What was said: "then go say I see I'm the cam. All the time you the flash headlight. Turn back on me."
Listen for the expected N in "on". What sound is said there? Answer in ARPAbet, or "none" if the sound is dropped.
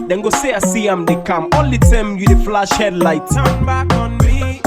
N